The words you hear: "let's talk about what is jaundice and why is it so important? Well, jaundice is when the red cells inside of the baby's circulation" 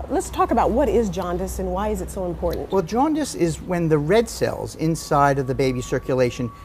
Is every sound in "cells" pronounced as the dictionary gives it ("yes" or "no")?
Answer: yes